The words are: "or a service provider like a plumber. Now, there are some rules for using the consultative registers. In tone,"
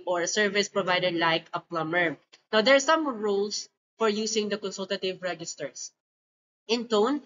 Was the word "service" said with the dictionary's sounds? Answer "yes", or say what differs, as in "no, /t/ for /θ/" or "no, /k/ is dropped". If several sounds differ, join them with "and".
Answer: yes